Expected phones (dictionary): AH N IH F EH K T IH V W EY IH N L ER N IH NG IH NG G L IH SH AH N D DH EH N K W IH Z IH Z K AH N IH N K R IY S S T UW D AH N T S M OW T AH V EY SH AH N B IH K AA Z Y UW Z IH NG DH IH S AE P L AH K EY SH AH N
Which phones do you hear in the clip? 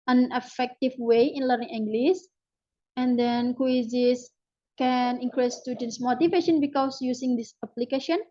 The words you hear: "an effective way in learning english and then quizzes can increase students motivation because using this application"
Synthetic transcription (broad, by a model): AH N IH F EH K T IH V W EY IH N L ER N IH NG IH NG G L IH S AH N D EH N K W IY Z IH S K AH N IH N K R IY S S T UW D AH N S M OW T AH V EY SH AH N B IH K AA S Y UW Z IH NG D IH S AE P L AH K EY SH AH N